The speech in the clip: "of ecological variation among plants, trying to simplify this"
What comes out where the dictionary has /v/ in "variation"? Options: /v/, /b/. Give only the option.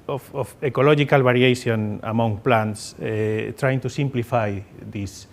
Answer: /b/